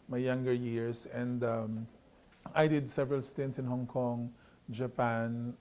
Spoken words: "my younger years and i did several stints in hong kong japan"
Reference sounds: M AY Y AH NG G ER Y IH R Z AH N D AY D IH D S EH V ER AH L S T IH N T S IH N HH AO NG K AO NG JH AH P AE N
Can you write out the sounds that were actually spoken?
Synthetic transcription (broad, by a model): M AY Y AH NG G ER Y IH R S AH N D AY D IH D S EH V ER AH L S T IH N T S IH N HH AO NG K AO NG JH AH P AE N